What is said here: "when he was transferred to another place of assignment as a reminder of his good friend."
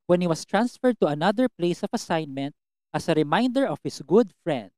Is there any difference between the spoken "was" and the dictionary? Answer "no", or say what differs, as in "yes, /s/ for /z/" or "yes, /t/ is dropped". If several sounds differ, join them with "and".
yes, /s/ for /z/